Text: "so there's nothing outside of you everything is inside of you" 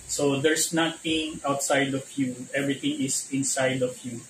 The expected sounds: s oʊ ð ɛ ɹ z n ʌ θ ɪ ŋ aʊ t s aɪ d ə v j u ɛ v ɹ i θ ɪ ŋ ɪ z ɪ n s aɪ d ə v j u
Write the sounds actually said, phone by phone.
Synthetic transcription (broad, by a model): s oʊ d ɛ ɹ s n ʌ t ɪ ŋ aʊ t s aɪ d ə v j u ɛ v ɹ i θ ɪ ŋ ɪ s ɪ n s aɪ d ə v j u